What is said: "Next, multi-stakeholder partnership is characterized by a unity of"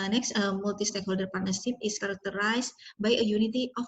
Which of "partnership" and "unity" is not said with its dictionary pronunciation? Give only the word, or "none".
partnership